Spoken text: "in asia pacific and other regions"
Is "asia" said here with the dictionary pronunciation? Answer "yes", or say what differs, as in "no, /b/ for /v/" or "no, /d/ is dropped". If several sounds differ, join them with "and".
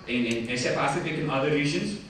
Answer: no, /s/ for /ʒ/